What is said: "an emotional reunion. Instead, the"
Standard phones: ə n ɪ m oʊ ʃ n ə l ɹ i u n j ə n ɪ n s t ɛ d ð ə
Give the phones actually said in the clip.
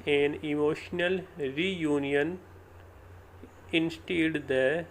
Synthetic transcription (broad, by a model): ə n ɪ m oʊ ʃ n ə l ɹ i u n j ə n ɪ n s t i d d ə